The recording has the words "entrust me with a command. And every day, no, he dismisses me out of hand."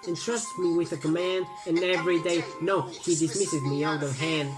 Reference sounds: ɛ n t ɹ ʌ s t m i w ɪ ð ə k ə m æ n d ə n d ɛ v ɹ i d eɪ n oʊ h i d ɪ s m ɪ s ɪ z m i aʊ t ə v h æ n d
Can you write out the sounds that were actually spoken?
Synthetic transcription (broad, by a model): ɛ n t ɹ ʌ s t m i w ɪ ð ə k ə m æ n d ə n ɛ v ɹ i d eɪ n oʊ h i d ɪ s m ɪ s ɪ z m i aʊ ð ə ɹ h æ n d